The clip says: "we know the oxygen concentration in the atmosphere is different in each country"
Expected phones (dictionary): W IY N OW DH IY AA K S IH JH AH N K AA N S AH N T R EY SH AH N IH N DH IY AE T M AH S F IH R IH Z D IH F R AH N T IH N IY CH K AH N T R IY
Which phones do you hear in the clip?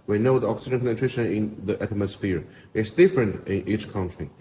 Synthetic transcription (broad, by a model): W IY N OW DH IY AA K S IH JH AH N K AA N AH T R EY SH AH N IH N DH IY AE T M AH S F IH R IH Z D IH F R AH N T IH N IY CH K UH N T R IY